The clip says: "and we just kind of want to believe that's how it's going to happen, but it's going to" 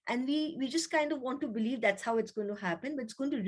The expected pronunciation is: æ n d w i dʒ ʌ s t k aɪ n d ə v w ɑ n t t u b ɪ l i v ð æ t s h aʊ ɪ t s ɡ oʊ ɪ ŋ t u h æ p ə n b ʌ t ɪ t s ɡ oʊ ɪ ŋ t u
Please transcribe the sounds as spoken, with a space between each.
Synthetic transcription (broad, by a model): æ n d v i dʒ ʌ s t k aɪ n d ə v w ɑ n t t u b ɪ l i v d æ t s h aʊ ɪ t s ɡ oʊ ɪ ŋ t u h æ p ə n b ʌ t ɪ t s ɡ oʊ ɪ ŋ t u